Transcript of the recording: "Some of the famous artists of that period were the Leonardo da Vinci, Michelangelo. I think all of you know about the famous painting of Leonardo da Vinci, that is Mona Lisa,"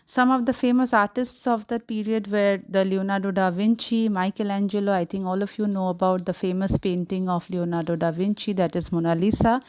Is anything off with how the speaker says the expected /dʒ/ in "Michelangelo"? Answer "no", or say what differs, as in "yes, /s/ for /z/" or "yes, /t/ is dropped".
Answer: no